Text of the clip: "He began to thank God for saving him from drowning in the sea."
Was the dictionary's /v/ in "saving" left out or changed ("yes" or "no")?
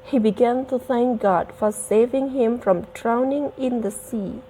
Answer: no